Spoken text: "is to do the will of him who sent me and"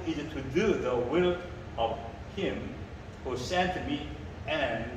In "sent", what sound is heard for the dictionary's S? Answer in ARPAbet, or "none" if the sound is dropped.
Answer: S